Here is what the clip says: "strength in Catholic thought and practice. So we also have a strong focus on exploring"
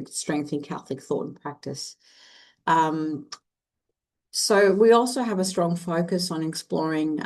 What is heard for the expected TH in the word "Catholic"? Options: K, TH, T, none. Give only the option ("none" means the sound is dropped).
TH